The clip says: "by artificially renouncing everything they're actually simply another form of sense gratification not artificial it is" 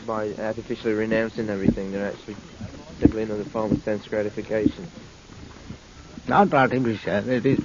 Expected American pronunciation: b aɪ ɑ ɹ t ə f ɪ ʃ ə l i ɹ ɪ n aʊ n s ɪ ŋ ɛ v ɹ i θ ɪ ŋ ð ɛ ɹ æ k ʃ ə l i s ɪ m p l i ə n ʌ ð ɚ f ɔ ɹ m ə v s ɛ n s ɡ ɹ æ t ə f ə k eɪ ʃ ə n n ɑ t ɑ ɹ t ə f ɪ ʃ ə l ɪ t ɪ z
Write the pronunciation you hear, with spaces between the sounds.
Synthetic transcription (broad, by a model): b aɪ ɑ ɹ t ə f ɪ ʃ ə l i ɹ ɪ n aʊ n s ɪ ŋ ɛ v ɹ i θ ɪ ŋ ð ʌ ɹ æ k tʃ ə l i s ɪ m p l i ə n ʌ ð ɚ f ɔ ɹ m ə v s ɛ n s ɡ ɹ æ t ə f ə k eɪ ʃ ə n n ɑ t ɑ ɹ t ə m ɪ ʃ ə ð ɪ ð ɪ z